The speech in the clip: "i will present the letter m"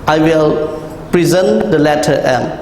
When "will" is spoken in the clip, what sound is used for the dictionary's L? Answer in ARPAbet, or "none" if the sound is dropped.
L